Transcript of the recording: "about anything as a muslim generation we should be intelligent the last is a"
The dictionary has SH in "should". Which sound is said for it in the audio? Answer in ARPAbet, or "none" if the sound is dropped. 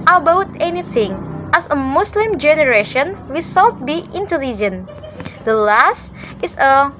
S